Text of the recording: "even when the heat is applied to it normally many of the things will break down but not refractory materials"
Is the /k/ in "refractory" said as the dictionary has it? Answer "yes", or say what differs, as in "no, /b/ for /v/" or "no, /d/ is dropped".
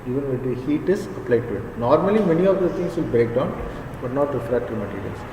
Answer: no, /k/ is dropped